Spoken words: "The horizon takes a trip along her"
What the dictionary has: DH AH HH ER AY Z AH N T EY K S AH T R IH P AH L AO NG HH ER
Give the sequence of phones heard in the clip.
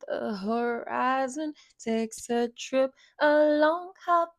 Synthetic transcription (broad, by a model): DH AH HH ER AY Z AH N T EY K S AH T R IH P AH L AO NG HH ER